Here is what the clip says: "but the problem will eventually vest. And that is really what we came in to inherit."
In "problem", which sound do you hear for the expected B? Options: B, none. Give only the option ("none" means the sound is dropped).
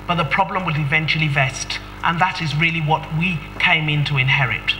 B